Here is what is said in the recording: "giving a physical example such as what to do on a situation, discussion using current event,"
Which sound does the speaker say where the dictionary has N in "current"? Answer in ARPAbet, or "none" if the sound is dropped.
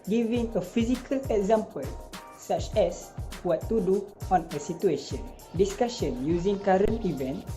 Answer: N